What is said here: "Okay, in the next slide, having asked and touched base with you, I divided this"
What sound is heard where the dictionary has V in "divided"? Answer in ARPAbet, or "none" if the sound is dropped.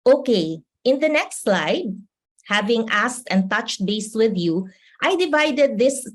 V